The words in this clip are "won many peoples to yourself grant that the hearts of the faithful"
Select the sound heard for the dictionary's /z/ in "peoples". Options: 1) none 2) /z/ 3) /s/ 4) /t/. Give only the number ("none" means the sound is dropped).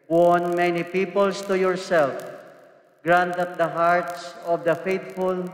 3